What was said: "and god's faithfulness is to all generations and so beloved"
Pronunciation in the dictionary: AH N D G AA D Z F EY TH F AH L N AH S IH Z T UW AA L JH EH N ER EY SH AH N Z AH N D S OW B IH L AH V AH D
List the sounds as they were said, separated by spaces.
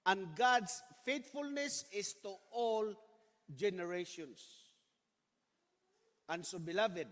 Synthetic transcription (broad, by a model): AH N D G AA D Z F EY T F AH L N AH S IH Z T UW AA L JH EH N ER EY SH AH N S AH N S OW B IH L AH V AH D